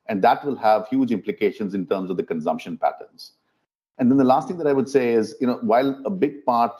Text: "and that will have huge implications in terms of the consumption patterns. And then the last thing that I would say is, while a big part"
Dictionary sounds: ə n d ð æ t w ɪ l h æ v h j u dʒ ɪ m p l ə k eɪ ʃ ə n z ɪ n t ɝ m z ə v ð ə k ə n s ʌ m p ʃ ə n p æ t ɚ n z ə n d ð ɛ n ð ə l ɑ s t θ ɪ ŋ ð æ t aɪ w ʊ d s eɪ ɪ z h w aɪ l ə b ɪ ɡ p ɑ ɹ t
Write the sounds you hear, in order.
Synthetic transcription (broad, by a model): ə n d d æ t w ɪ l h æ v h j u dʒ ɪ m p l ə k eɪ ʃ ə n z ɪ n t ɝ m z ə v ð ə k ə n s ʌ m p ʃ ə n p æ t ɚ n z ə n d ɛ n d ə l ɑ s t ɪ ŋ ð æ t aɪ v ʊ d s eɪ ɪ z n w aɪ l ə b ɪ ɡ p ɑ ɹ t